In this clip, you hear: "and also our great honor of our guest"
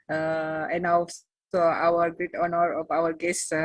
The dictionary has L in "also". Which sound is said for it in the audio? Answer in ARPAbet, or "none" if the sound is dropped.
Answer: none